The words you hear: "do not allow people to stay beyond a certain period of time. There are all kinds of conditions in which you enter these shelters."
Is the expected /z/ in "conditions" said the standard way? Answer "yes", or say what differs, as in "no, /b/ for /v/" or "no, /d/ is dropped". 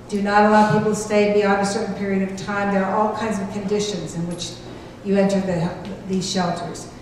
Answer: yes